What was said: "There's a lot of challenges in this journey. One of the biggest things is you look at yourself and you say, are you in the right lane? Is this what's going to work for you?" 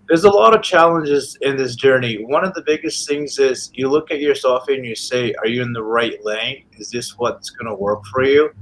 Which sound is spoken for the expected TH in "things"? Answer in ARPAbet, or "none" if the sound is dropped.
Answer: TH